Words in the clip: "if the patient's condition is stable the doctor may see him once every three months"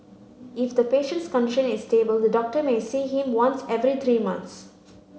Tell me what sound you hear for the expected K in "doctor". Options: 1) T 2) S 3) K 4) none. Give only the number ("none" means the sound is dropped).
3